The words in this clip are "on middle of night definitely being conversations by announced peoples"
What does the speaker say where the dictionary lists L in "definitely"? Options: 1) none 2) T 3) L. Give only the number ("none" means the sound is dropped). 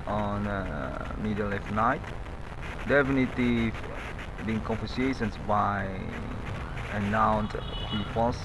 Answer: 1